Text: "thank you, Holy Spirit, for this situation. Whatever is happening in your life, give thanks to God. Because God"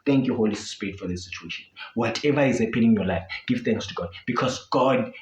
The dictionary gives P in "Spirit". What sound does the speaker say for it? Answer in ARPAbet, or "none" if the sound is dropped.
none